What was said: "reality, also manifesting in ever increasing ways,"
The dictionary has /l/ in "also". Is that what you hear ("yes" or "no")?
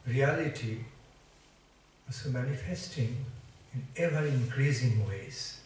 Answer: no